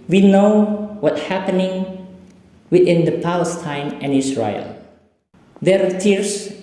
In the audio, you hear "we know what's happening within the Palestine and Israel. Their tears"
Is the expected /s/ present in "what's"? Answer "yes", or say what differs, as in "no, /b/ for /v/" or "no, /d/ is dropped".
no, /s/ is dropped